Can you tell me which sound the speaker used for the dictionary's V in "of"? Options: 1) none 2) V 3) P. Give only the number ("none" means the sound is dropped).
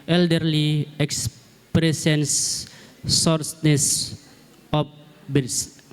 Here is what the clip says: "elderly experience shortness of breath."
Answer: 3